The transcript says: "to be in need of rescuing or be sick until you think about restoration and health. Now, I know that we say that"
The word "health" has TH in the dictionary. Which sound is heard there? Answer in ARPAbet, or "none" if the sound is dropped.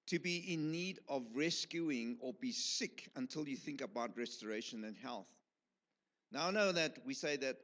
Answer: TH